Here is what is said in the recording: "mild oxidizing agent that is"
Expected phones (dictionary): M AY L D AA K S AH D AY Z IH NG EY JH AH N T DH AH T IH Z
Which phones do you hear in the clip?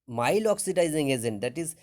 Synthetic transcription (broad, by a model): M AY L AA K S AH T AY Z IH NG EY Z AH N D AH T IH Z